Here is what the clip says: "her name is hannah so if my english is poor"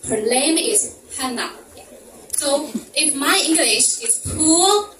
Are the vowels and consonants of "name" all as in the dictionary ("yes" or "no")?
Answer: no